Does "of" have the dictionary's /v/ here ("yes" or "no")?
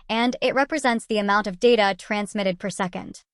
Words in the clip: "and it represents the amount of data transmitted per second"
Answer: yes